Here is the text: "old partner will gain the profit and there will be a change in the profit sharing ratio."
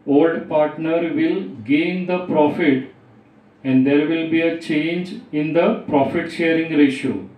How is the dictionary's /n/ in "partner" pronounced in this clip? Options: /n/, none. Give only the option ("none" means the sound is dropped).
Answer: /n/